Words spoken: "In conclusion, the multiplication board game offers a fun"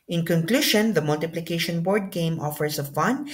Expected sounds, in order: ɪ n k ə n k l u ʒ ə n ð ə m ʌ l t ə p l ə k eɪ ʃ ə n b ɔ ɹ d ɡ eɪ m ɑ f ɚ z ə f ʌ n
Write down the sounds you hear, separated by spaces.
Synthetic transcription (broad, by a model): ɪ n k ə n k l u ʃ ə n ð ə m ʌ l t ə p l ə k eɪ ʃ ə n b ɔ ɹ d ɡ eɪ m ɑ f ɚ s ə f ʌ n